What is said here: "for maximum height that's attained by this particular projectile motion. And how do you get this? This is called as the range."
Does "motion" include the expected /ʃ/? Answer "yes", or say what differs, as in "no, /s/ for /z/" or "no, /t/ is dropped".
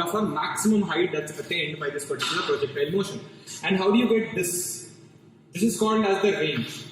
yes